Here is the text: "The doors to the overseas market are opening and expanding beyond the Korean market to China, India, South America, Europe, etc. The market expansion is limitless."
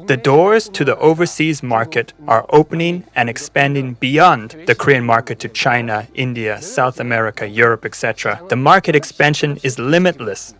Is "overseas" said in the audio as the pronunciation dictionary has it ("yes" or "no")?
yes